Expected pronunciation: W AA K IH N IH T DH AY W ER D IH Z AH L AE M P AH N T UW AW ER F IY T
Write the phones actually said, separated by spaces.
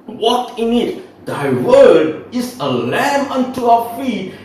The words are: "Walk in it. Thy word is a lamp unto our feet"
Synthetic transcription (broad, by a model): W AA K IH N IH T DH AY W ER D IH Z AH L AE M AH N T UW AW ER F IY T